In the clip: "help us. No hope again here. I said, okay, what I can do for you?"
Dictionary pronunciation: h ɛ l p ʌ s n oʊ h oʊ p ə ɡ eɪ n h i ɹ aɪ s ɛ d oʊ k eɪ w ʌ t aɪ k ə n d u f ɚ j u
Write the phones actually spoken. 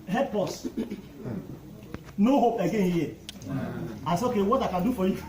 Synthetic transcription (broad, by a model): h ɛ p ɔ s n oʊ h oʊ p ə ɡ eɪ n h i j aɪ s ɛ oʊ k eɪ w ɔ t aɪ k ə n d u f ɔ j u